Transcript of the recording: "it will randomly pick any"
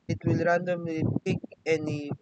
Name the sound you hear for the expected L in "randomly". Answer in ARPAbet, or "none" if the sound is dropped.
none